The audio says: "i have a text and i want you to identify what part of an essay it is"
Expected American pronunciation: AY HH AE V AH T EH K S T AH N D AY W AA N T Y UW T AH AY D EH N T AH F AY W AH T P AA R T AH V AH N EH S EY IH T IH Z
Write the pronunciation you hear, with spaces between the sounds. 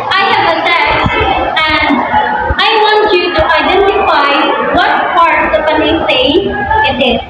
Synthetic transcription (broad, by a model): AY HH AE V AH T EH S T AH N D AY W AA N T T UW T AH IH D EH N T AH F AY W AH T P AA R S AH P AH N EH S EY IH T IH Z